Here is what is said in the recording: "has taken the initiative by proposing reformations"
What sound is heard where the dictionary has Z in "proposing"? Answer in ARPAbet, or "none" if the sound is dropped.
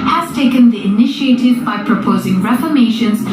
Z